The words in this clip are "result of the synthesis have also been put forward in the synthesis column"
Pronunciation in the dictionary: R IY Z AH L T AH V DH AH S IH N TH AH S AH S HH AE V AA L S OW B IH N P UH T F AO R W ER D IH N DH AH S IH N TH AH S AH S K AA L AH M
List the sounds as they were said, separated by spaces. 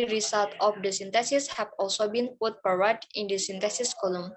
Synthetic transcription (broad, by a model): R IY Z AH L T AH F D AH S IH N T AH S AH S HH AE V AA L S OW B IH N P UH T P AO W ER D IH N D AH S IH N T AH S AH S K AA L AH M